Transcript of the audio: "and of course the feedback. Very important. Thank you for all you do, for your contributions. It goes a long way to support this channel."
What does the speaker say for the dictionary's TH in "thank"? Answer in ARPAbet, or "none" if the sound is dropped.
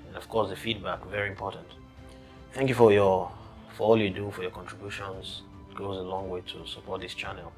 TH